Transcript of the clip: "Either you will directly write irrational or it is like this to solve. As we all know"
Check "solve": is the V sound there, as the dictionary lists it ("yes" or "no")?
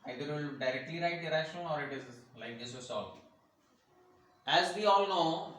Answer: no